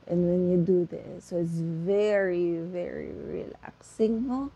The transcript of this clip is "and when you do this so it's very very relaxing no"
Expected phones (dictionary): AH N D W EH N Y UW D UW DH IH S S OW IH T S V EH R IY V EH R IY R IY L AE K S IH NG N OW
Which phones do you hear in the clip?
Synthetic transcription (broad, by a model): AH N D W EH N Y UW D UW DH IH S S OW IH T S V EH R IY V EH R IY R IY L AE K S IH NG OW